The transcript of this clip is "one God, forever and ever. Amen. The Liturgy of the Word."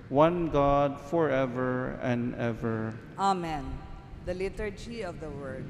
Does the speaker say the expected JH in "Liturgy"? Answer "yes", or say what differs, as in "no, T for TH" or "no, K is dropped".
yes